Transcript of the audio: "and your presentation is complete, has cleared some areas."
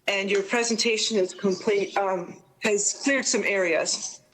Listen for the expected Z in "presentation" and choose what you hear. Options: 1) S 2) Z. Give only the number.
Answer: 2